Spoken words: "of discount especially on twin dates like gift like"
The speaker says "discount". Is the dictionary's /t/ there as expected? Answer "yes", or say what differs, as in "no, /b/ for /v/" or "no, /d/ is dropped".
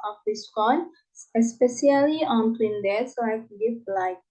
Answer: no, /t/ is dropped